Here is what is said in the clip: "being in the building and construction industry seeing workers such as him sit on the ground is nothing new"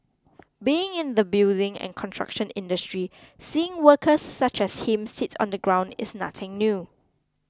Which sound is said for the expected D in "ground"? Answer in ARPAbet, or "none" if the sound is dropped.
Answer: D